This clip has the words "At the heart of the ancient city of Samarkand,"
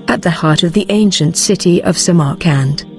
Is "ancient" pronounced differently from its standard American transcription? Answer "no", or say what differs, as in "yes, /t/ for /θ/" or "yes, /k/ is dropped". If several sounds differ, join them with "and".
no